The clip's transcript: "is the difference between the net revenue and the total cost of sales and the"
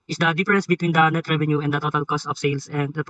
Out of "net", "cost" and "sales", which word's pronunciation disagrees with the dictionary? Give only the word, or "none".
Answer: sales